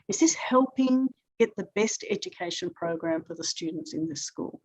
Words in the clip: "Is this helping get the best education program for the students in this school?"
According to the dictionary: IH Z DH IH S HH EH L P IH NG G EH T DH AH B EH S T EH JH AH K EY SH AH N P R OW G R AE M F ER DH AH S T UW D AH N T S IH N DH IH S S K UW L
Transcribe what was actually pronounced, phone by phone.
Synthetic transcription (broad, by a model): IH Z DH IH S HH EH L P IH NG G EH T DH AH B EH S T EH JH AH K EY SH AH N P R OW G R AE M F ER DH AH S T UW D N T S IH N DH IH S S K UW L